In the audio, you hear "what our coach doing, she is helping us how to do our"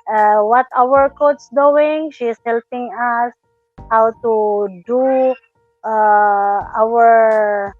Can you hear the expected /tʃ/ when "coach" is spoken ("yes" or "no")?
no